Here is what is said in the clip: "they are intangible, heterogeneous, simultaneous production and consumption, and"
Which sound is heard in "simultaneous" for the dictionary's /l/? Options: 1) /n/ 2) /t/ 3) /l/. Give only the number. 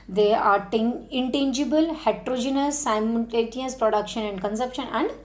1